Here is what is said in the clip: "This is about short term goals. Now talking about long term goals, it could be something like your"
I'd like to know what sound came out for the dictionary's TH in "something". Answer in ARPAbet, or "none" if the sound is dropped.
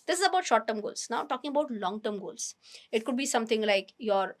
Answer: T